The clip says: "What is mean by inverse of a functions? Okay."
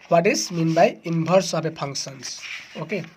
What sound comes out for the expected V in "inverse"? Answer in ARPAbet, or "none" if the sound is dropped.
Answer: B